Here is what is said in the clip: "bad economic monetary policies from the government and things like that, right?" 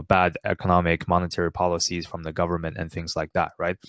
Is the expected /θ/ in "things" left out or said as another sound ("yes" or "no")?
no